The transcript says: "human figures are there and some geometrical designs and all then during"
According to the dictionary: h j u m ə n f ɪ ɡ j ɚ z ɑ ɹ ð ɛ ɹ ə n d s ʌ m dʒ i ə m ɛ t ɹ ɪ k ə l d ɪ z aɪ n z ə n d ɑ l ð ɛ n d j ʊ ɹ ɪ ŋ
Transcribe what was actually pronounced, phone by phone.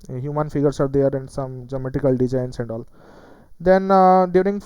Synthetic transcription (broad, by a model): h j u m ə n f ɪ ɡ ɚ s ɑ ɹ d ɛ ɹ ə n d s ʌ m dʒ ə m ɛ t ɪ k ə l d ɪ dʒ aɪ n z ə n d ɑ l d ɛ n d j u ɹ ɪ ŋ